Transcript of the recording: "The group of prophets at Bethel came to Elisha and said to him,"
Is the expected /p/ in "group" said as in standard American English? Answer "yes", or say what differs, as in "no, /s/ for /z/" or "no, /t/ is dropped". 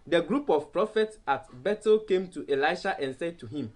yes